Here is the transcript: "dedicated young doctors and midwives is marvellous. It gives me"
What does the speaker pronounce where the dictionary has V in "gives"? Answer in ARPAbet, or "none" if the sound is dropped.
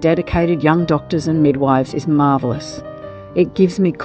V